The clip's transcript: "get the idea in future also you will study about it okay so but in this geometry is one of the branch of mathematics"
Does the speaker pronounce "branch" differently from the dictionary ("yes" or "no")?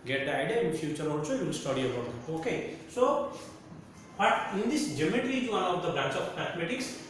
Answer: no